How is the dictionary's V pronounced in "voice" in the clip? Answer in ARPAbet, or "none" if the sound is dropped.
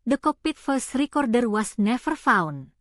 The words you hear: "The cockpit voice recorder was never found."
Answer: F